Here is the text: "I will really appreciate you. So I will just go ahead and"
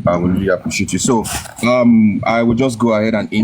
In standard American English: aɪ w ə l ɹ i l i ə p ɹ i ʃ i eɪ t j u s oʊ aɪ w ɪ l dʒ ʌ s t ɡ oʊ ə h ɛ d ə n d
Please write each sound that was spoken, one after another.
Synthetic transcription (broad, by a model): aɪ w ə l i i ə p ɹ i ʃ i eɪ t j u s oʊ aɪ w ɪ l dʒ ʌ s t ɡ oʊ ə h ɛ d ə n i